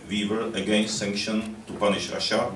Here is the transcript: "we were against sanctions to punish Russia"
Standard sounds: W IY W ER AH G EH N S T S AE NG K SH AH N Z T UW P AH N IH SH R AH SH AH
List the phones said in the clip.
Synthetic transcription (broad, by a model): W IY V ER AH G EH N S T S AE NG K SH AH N T UW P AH N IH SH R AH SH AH